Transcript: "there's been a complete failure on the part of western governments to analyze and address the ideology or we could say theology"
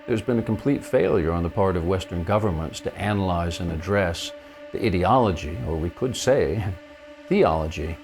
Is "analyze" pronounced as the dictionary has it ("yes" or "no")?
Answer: yes